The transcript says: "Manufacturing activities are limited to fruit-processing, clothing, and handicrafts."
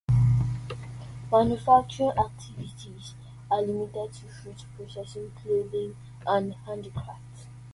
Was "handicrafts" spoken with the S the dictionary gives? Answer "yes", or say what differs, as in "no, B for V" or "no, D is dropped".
no, S is dropped